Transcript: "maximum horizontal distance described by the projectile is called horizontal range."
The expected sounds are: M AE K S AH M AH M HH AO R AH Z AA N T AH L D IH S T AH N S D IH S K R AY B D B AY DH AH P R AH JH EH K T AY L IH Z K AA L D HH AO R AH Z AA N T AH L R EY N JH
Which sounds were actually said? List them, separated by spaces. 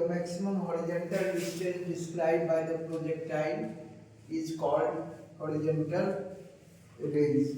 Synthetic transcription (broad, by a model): M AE K S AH M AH M HH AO R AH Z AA N T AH L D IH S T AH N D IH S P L AY D B AY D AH P R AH JH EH K T AY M IH Z K AA L D HH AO R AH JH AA N T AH L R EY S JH